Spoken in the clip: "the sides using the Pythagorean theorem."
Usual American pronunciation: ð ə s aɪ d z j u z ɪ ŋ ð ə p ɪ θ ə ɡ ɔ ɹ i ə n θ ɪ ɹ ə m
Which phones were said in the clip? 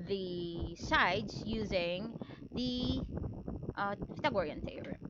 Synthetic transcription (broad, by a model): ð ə s aɪ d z j u z ɪ ŋ ð ə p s t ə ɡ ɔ ɹ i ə n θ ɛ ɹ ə